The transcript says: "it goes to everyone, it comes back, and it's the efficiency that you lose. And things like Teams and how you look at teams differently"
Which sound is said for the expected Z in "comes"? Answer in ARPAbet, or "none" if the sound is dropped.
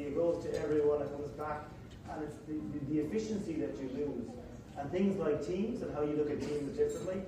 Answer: Z